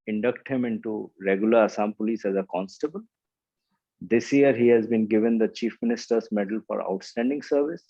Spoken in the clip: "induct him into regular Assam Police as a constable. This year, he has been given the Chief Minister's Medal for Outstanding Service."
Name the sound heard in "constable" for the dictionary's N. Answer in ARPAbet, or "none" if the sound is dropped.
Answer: N